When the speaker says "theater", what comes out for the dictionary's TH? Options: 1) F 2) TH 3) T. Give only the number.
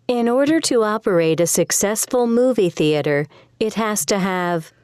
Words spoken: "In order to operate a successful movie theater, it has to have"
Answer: 2